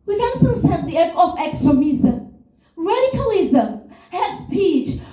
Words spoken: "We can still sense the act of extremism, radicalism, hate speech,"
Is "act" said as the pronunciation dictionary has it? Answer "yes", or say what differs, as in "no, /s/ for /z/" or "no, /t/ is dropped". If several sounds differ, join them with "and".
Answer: no, /t/ is dropped